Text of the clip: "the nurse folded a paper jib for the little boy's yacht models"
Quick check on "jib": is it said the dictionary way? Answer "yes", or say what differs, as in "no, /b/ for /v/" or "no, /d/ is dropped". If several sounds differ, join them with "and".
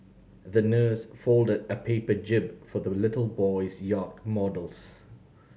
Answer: yes